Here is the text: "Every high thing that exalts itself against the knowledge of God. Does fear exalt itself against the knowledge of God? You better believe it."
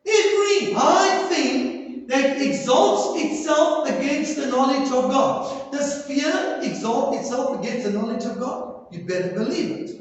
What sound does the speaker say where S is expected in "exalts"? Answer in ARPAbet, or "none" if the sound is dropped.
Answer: S